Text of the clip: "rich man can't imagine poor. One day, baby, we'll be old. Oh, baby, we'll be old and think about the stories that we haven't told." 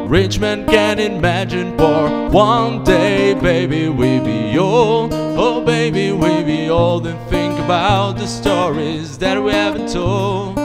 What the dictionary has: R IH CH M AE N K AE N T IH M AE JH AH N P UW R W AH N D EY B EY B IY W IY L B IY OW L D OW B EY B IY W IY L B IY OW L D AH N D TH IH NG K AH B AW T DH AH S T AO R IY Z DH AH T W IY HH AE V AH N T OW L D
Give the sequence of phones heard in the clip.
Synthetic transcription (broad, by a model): R IH CH M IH N K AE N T IH M AE JH AH N F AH R W AH N D EY B EY B IY W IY B IY OW L D OW B EY B IY W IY B IY OW L D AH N TH IH NG K AH B AW T DH AH S T AO R IY Z DH AH T W IY HH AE V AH N T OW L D